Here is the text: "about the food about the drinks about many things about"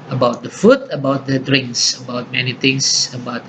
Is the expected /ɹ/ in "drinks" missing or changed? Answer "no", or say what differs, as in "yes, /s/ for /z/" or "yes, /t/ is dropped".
no